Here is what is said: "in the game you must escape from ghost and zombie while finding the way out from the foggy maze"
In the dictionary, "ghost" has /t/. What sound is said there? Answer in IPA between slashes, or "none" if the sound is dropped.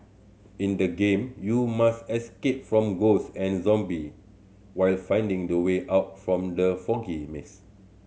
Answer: none